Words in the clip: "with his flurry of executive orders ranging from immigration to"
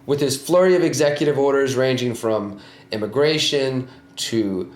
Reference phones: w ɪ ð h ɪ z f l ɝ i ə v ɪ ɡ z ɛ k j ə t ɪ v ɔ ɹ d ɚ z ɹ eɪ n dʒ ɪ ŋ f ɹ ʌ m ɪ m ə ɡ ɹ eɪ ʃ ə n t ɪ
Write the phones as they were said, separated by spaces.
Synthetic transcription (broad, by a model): w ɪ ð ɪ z f l ɝ i ə v ɪ ɡ z ɛ k j ə t ɪ v ɔ ɹ d ɚ z ɹ eɪ n dʒ ɪ ŋ f ɹ ʌ m ɪ m ə ɡ ɹ eɪ ʃ ə n t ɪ